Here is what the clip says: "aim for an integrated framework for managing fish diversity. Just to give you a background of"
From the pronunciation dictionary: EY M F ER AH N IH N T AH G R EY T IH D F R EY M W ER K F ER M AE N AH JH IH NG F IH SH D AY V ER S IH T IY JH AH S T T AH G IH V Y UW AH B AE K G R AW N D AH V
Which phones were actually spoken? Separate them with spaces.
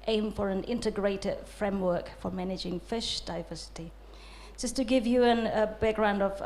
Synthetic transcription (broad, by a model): EY M F ER AH N IH N T AH G R EY T IH D F R EY M W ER K F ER M AE N AH JH IH NG F IH SH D AY V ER S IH T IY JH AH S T T AH G IH V Y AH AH B AE K G R AW N D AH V